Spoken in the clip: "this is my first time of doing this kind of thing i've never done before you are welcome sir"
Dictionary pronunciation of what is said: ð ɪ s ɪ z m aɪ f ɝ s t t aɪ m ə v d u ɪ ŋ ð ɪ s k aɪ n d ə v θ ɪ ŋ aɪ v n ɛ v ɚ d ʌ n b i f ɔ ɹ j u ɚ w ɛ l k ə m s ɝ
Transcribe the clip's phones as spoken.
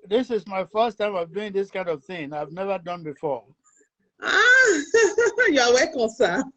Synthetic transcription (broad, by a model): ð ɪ s ɪ z m aɪ f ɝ s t t aɪ m ə v d u ɪ ŋ ð ɪ s k aɪ n d ə v θ ɪ ŋ aɪ v n ɛ v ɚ d ʌ n b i f ɔ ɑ j u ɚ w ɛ k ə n s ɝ